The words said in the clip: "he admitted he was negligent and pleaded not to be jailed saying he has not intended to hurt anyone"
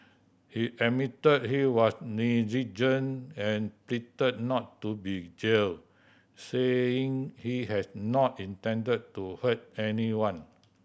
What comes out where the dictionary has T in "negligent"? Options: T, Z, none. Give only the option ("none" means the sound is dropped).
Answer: none